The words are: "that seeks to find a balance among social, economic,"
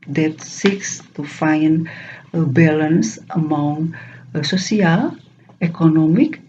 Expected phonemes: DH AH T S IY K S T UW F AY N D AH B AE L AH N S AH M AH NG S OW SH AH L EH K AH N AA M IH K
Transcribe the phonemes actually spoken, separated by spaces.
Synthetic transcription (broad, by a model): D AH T S IY K S T UW F AY N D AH B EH L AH N S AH M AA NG S OW S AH L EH K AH N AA M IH K